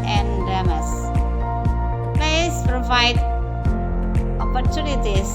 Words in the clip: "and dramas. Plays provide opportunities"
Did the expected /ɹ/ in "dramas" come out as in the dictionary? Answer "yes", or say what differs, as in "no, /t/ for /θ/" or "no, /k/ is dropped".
no, /ɹ/ is dropped